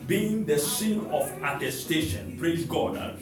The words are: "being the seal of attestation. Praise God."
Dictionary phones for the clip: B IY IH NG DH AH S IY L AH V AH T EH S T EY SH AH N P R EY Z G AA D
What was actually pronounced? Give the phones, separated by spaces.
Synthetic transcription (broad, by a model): B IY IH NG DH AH S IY N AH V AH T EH S T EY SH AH N P R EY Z G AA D